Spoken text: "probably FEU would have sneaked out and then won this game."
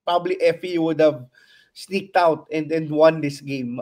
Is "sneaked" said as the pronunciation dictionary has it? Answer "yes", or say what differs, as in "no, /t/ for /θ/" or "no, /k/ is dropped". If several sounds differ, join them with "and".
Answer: yes